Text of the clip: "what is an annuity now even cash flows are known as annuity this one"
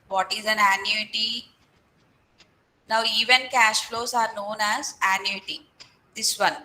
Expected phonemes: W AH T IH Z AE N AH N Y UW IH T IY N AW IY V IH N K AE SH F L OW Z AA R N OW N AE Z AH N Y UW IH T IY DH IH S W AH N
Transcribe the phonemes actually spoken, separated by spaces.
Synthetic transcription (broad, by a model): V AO T IH Z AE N AH N Y UW IH T IY N AW IY V IH N K AE SH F L OW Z AA R N OW N AE Z AH N Y UW IH T IY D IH S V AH N